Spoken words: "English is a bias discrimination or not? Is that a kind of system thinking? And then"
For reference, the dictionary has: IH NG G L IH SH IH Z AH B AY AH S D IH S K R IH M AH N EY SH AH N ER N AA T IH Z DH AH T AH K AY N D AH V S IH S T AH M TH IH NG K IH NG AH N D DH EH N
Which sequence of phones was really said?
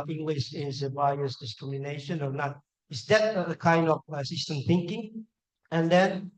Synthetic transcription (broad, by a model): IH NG G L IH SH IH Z AH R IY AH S D IH S K R IH M AH N EY SH AH N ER N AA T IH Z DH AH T AH K AY N D AH V S IH S T AH M TH IH NG K IH NG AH N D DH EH N